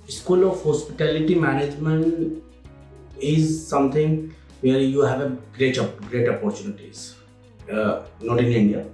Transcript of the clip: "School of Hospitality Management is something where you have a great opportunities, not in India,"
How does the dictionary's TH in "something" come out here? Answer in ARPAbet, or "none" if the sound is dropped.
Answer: T